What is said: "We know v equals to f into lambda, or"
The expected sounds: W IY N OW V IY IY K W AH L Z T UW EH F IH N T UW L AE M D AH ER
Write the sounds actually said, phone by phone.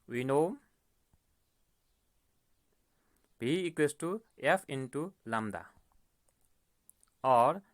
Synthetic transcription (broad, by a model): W IY N OW B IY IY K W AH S T UW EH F IH N T UW L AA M D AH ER